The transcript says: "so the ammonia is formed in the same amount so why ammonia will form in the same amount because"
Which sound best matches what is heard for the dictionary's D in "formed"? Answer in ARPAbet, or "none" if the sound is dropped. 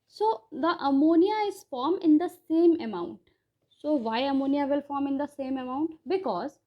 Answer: none